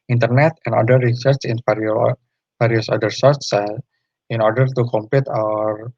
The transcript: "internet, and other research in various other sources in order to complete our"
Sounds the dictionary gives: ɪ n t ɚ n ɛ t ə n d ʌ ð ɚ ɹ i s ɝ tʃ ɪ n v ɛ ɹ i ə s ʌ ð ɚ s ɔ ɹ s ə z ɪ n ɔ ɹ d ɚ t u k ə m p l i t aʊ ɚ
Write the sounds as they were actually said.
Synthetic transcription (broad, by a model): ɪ n t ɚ n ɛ t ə n d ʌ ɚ ɹ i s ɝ tʃ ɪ n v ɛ ɹ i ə s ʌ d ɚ s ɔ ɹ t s ɪ n ɔ ɹ d ɚ t u k ə m p l i t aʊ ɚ